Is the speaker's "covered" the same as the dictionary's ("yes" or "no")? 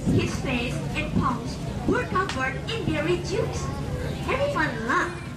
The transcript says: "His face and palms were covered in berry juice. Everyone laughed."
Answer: no